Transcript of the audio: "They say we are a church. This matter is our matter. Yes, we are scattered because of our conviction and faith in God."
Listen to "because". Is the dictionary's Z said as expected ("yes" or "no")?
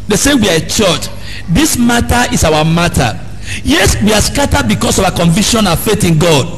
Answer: no